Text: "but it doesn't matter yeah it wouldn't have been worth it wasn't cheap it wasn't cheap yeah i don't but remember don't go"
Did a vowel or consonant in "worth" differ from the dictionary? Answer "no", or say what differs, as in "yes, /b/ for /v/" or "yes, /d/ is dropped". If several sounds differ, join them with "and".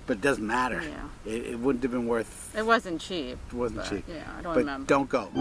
no